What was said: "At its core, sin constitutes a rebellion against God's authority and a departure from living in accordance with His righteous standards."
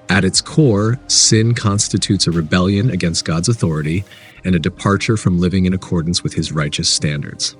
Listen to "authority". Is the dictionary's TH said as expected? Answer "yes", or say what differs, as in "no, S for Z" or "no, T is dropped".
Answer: yes